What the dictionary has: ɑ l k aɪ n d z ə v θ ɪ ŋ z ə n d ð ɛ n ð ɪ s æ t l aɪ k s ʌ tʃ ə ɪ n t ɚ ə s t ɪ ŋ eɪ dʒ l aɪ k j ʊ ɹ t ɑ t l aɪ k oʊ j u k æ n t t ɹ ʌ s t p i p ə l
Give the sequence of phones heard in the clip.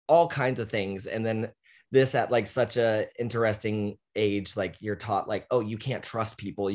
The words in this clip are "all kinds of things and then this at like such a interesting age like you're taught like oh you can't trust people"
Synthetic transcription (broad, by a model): ɑ l k aɪ n d z ə v θ ɪ ŋ z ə n ð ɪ n ð ɪ s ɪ t l aɪ k s ʌ tʃ ə ɪ n t ɚ ə s t ɪ ŋ eɪ dʒ l aɪ k j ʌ ɹ t ɑ t l aɪ k oʊ j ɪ k æ n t t ɹ ʌ s t p i p l